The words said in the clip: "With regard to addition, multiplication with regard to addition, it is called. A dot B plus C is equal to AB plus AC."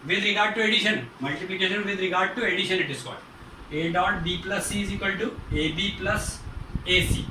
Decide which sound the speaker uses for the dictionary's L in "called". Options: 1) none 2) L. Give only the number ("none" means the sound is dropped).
1